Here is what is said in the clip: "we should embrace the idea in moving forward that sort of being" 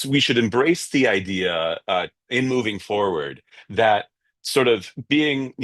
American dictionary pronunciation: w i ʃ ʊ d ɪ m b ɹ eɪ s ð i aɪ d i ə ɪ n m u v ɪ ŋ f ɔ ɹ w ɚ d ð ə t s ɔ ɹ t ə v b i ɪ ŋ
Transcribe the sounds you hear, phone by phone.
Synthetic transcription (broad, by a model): w i ʃ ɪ d ɪ m b ɹ eɪ s ð i aɪ d i ə ɪ n m u v ɪ ŋ f ɔ ɹ w ɚ d ð ə t s ɔ ɹ t ə v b i ɪ ŋ